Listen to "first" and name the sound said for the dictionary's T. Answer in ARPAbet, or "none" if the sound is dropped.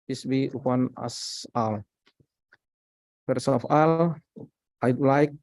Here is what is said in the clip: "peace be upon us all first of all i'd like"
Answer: none